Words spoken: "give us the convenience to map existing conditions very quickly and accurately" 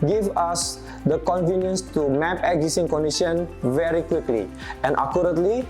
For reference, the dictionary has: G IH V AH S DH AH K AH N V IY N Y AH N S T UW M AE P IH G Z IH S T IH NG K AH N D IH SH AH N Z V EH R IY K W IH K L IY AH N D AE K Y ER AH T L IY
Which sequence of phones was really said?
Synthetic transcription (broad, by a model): G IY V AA S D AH K AH N V IY N Y AH N S T UW M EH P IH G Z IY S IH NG K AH N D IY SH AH N V EH R IY K W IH K L IY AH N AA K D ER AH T L IY